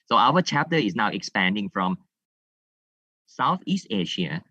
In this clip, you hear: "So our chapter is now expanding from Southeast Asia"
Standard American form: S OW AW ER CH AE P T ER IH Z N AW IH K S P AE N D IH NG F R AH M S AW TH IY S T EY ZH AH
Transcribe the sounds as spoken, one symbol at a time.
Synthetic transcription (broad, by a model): S OW AW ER CH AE P T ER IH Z N AW IH K S P AE N D IH NG F R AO M S AW TH IY S T EY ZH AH